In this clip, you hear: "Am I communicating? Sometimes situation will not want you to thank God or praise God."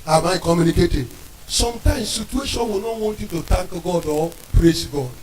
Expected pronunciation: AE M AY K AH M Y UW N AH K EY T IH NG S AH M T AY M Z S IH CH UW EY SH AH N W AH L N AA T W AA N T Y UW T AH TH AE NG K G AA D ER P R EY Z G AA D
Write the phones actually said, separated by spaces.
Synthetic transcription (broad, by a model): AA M AY K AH M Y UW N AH K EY T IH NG S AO M T AY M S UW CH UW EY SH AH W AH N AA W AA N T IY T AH T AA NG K G AA D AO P R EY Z G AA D